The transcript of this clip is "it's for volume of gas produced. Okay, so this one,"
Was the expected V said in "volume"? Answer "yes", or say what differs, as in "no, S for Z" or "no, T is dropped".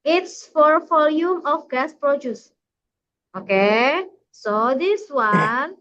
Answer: no, F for V